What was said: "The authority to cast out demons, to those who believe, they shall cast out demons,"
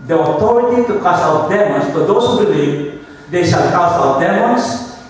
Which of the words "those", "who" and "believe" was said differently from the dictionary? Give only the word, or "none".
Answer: those